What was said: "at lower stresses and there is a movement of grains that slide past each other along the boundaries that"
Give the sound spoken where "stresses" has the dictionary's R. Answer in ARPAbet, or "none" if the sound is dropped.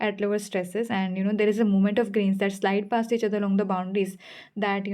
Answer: R